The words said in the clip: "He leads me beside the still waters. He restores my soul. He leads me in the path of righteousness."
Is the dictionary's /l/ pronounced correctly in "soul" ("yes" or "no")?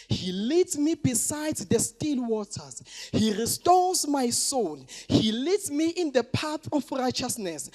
no